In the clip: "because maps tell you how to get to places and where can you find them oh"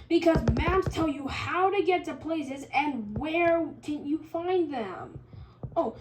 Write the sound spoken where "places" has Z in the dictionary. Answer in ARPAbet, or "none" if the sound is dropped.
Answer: Z